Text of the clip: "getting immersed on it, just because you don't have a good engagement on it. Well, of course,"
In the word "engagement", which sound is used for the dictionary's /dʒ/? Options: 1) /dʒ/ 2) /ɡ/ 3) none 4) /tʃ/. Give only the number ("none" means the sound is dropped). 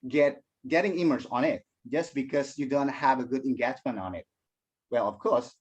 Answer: 4